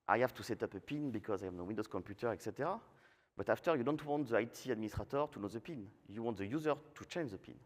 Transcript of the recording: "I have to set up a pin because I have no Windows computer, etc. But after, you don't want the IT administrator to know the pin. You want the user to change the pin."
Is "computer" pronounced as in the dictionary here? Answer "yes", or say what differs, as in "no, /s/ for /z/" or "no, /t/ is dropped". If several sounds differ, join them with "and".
yes